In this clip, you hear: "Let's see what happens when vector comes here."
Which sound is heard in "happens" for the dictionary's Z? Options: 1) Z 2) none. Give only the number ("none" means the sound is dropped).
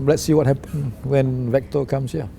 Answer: 2